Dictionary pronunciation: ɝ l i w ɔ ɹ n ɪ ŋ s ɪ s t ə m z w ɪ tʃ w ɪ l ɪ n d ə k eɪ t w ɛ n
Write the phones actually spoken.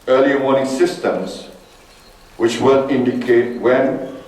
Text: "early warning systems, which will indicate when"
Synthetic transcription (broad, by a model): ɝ l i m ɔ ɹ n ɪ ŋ s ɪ s t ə m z w ɪ tʃ w ɪ l ɪ n d ə k eɪ t w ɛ n